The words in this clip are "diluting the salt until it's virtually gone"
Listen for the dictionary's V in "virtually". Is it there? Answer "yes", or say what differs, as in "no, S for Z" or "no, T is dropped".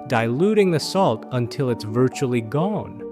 yes